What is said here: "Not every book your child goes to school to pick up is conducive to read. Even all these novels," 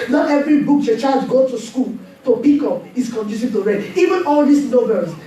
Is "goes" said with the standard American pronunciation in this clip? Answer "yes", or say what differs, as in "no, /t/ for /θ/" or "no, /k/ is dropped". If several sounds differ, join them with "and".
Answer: no, /z/ is dropped